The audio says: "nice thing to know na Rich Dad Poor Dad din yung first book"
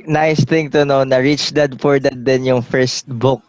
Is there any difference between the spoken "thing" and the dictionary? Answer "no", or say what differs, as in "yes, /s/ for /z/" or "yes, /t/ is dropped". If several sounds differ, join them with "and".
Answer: yes, /t/ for /θ/